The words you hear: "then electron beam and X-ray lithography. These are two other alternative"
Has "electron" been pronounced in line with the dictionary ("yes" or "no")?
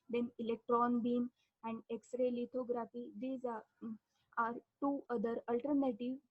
yes